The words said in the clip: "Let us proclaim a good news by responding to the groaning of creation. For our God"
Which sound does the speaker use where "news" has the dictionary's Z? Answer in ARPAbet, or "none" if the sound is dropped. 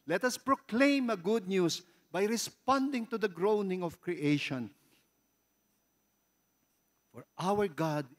S